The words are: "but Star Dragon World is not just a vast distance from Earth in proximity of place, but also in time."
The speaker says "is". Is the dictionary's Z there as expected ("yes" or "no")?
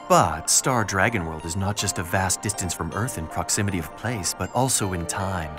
yes